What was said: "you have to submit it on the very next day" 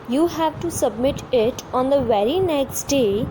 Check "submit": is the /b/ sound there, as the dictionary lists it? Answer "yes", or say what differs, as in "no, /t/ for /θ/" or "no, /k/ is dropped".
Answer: yes